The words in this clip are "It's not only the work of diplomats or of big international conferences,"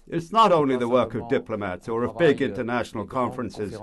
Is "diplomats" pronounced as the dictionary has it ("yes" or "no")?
yes